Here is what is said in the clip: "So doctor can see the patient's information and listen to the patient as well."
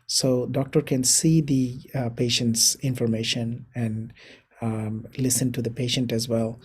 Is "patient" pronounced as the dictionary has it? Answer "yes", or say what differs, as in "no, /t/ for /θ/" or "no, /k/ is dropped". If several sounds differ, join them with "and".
yes